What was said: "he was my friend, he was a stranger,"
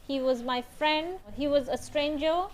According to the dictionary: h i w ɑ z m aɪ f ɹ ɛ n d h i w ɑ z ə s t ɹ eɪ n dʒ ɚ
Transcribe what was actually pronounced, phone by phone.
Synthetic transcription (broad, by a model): h i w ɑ z m aɪ f ɹ ɛ n d h i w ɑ z ə s t ɹ eɪ n dʒ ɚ